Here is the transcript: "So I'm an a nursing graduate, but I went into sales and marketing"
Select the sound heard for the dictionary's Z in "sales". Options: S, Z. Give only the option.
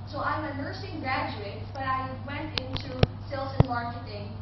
S